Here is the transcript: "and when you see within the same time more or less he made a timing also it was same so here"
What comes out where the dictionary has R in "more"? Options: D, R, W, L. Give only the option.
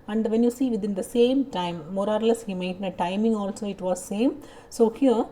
R